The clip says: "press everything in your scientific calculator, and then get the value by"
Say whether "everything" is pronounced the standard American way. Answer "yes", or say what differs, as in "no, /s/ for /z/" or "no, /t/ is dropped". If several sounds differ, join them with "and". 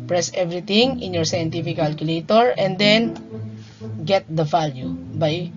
no, /t/ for /θ/